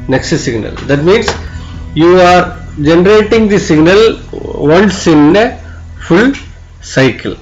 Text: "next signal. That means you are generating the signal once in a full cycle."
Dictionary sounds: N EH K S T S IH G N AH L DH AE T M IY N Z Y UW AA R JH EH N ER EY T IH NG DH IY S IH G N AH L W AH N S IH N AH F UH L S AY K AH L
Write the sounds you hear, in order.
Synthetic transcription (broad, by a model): N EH K S T S IH G N AH L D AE T M IY N S Y UW AA R JH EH N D EY T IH NG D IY S IH G N AH L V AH N S IH N AH F UH L S AY K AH L